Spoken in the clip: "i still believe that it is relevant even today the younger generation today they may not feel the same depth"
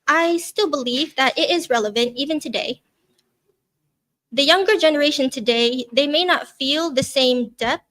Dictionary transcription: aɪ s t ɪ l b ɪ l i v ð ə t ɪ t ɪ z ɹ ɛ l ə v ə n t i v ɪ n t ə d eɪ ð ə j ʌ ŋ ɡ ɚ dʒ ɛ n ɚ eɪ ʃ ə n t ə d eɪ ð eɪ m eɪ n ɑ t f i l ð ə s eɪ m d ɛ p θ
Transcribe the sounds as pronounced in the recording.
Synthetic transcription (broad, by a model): aɪ s t ɪ l b ɪ l i v ð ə t ɪ t ɪ z ɹ ɛ l ə v ə n t i v ɪ n t ə d eɪ ð ə j ʌ ŋ ɡ ɚ dʒ ɛ n ɚ eɪ ʃ ə n t ə d eɪ ð eɪ m eɪ n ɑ t f i l ð ə s eɪ m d ɛ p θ